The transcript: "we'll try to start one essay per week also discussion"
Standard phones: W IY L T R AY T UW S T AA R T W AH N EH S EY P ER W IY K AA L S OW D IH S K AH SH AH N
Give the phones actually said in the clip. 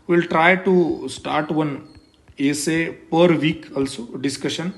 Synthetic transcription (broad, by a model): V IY L T R AY T UW S T AA R T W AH N EH S EY P ER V IY K AA L S OW D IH S K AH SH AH N